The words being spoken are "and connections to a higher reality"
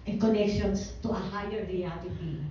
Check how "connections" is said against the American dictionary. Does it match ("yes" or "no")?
no